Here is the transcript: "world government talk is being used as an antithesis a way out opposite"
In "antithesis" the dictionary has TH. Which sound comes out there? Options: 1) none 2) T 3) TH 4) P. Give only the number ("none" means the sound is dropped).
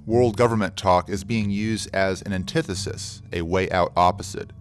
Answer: 3